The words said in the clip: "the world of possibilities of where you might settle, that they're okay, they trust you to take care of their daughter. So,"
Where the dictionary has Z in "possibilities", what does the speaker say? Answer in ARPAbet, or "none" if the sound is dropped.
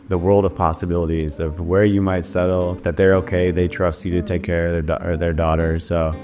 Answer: Z